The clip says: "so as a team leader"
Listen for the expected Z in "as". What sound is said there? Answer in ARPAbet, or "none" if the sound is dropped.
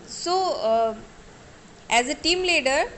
Z